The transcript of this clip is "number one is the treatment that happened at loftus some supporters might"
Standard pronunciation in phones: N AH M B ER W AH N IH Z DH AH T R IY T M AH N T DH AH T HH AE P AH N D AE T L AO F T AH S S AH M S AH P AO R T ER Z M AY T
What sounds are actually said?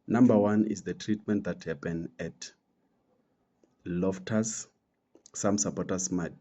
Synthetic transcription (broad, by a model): N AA M B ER W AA N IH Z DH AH T R IY T M AH N T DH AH T HH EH P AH N EH T L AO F T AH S S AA M S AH P AO T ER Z M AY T